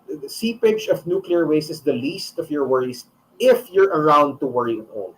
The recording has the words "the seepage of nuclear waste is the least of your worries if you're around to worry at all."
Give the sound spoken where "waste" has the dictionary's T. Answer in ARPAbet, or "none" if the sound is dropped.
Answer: none